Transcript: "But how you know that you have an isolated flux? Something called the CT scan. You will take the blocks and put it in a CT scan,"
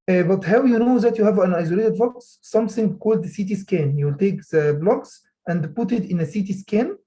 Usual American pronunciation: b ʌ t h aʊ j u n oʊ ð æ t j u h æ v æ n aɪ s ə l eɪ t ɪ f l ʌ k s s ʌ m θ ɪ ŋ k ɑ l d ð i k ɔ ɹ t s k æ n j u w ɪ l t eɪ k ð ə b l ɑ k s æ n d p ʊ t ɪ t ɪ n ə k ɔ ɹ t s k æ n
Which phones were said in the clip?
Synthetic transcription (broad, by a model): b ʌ t h aʊ j u n oʊ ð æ t j u h æ v æ n aɪ s ə l eɪ t ɪ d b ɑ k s s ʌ m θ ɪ ŋ k ɑ l d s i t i s k æ n j u w ɪ l t eɪ k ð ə b l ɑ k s æ n d p ʊ t ɪ t ɪ n ə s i t s k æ n